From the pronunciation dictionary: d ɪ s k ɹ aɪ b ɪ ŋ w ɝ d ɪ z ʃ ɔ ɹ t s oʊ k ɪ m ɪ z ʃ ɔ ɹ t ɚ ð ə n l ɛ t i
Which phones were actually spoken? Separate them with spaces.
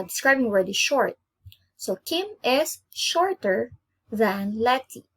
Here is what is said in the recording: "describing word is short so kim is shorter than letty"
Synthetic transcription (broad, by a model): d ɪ s k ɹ aɪ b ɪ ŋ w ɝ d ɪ ʃ ɔ ɹ t s oʊ k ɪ m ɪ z ʃ ɔ ɹ t ɚ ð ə n l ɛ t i